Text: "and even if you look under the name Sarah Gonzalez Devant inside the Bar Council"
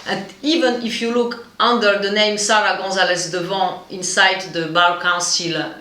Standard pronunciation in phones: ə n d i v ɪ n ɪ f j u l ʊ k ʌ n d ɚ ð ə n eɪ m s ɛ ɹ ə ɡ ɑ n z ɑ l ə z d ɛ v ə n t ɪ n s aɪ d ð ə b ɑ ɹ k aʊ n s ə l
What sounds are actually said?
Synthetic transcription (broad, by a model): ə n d i v ɪ n ɪ f j u l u k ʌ n d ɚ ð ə n eɪ m s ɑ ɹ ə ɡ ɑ z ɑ l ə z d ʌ v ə ɪ n s aɪ d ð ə b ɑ l k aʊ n s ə l